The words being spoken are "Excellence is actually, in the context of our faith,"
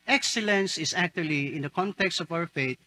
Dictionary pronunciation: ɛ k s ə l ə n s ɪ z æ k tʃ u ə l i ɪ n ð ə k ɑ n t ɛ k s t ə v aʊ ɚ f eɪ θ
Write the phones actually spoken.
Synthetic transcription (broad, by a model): ɛ k s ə l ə n s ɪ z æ k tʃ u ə l i ɪ n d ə k ɑ n t ɛ k s t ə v aʊ ɚ f eɪ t